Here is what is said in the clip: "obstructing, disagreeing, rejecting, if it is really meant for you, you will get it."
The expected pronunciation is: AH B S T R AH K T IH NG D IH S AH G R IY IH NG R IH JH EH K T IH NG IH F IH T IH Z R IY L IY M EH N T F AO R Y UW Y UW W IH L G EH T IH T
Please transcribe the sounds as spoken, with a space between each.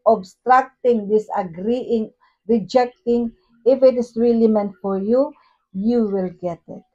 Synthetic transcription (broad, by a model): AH B S T R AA K T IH NG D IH S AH G R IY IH NG R IH JH EH K T IH NG IH F IH T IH S R IY L IY M EH N T F AO R Y UW Y UW W IH L G EH T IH T